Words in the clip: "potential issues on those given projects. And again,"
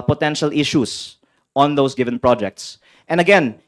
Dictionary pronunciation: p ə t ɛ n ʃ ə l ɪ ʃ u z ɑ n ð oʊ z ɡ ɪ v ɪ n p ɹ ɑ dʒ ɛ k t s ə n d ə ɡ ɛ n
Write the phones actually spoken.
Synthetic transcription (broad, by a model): p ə t ɛ n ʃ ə l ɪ ʃ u s ɑ n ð oʊ s ɡ ɪ v ɪ n p ɹ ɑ dʒ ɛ k t s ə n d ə ɡ ɛ n